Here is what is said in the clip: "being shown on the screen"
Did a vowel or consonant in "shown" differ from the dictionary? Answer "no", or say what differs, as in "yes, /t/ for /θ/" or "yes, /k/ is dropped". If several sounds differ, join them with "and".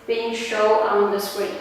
yes, /n/ is dropped